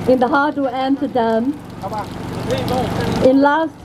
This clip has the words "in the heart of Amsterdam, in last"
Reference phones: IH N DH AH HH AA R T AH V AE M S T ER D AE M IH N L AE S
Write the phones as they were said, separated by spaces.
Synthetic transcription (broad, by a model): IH N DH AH HH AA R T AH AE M T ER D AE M IH N L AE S